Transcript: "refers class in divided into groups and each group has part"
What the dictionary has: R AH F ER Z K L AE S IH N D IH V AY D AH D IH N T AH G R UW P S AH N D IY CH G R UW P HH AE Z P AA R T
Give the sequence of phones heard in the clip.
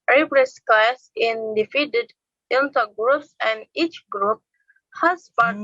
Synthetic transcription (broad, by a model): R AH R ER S K L AE S IH N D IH F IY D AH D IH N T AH G R UW P S AH N D IY CH G R UW P HH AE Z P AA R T